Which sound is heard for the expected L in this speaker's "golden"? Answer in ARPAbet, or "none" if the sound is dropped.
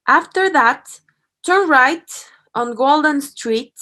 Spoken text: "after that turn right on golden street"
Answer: L